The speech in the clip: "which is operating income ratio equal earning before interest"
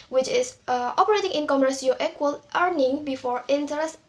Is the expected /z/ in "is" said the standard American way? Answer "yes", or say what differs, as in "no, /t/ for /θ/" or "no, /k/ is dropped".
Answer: no, /s/ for /z/